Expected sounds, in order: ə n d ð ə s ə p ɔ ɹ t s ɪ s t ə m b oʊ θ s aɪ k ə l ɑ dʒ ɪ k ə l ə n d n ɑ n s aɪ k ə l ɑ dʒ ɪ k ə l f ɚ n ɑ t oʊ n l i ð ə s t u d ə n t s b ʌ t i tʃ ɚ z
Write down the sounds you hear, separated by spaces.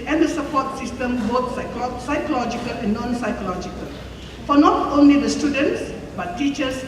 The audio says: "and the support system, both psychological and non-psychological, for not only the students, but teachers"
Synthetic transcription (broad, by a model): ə n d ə s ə p ɔ t s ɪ s t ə m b oʊ s s aɪ k ə l ɑ dʒ ɪ k ə l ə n n ɑ n s aɪ k ə l ɑ dʒ ɪ k ə l f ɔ n ɑ t oʊ n l i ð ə s t u d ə n t s b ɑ t i tʃ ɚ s